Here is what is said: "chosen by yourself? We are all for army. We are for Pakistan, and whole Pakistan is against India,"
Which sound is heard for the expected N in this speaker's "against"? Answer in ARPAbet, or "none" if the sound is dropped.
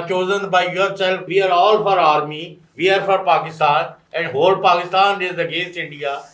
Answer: N